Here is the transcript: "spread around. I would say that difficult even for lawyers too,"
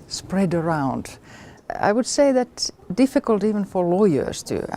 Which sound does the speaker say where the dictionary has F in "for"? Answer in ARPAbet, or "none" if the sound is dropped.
F